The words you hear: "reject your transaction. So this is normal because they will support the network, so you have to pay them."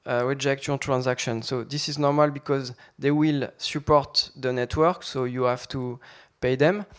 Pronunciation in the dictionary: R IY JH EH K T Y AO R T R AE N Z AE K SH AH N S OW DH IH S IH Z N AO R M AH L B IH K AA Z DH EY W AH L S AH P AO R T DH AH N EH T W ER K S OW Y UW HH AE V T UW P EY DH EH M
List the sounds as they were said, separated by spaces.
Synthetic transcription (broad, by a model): R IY JH EH K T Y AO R T R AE N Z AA K SH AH N S OW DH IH S IH Z N AO R M AH L B IH K AA Z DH EY W AH L S AH P AO R T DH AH N EH T W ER K S OW Y UW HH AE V T UW P EY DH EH M